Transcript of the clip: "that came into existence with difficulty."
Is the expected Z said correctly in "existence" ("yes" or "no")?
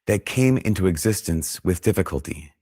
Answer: yes